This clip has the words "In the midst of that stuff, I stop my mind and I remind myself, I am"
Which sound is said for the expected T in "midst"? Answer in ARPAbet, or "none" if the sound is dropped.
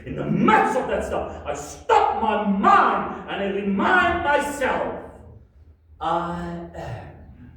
none